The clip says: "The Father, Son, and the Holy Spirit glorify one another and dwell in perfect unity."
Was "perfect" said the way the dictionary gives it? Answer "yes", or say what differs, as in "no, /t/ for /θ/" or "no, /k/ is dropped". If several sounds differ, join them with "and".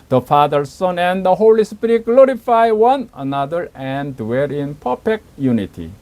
no, /p/ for /f/